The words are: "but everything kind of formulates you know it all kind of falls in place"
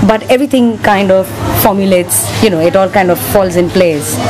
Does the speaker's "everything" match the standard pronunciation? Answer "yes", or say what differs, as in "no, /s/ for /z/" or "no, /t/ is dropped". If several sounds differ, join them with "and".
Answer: no, /t/ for /θ/